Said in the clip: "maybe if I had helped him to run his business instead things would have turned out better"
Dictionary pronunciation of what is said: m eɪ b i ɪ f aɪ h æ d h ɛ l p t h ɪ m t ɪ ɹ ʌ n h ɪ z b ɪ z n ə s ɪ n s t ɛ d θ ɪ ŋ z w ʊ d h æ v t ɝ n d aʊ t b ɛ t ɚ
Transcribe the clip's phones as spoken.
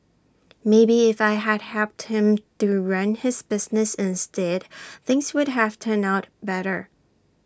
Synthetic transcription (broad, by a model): m eɪ b i ɪ f aɪ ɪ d h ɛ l p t h ɪ m t ɪ ɹ ʌ n ɪ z b ɪ z n ə s ɪ n s t ɛ d θ ɪ ŋ z w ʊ d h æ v t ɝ n aʊ t b ɛ t ɚ